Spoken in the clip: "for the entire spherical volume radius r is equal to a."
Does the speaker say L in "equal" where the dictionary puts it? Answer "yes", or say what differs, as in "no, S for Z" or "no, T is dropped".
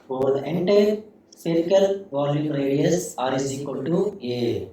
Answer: no, N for L